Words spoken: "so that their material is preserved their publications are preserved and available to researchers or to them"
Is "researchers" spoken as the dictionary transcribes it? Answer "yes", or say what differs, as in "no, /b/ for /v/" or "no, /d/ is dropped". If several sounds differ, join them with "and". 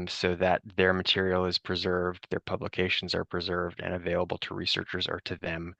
yes